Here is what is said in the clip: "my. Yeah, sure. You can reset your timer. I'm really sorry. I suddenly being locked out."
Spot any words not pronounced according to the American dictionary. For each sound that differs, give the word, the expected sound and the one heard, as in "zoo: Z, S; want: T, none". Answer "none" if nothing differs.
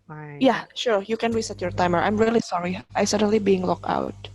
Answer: locked: T, none